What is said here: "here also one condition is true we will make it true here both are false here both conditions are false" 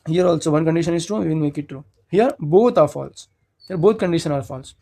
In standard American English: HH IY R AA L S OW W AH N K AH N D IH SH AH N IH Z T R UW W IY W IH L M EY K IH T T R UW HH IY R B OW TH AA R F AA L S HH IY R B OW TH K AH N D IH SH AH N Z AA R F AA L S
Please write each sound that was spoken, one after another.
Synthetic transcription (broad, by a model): HH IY R AA L S OW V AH N K AH N D IH SH AH N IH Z T R UW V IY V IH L M EY K IH T T R UW HH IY R B OW T AA R F AA L S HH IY R B OW T K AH N D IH SH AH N AA R F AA L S